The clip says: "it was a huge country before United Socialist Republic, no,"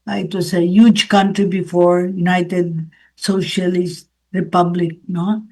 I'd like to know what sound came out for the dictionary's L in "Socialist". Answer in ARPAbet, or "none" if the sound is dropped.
L